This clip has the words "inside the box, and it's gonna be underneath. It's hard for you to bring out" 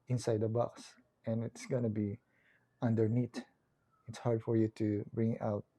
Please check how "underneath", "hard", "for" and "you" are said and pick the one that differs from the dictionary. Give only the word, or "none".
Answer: underneath